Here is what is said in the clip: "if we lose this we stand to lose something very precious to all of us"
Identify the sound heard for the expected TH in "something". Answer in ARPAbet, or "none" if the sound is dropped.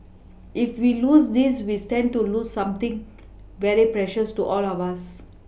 T